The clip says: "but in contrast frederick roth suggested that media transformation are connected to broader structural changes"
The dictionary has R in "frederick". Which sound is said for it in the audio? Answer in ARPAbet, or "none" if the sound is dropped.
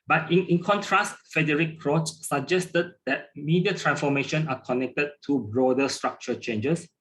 none